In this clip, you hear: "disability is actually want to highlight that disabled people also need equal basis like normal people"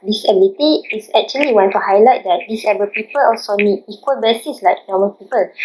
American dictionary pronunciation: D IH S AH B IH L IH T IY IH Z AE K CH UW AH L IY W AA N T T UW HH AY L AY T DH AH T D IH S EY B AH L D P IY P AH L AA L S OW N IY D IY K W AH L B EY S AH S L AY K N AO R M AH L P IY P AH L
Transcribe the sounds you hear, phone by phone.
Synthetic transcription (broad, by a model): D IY S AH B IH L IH T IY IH S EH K CH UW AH L IY W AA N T T UW HH AY L AY T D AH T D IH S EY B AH P IY P AH L AA L S OW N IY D IY K W AH L B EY S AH S L AY K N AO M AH N P IY P AH L